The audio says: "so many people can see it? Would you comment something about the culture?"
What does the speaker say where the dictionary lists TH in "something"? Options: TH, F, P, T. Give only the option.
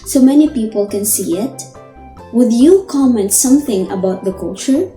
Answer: TH